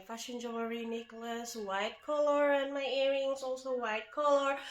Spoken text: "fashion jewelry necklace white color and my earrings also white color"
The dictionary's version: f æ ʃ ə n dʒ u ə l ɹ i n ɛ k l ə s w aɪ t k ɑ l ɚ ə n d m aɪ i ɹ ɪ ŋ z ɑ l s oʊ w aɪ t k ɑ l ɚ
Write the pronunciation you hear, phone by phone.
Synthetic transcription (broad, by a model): f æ ʃ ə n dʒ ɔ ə ɹ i n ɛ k l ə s w aɪ t k ɑ l ɚ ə n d m aɪ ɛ ɹ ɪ ŋ s ɑ l s oʊ w aɪ t k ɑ l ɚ